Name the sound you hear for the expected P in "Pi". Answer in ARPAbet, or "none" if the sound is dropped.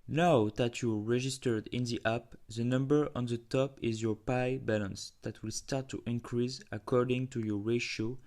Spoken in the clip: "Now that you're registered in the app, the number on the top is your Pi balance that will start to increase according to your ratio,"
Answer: P